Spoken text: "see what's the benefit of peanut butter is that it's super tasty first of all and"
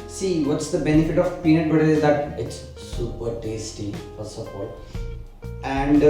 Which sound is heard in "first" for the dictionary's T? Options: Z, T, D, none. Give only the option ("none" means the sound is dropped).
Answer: none